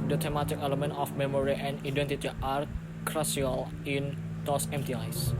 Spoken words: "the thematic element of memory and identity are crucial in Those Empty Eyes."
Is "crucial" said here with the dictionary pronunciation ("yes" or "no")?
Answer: no